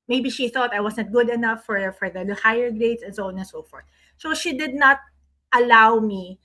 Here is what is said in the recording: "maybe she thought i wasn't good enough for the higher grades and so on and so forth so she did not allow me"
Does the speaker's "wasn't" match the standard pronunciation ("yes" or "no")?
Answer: no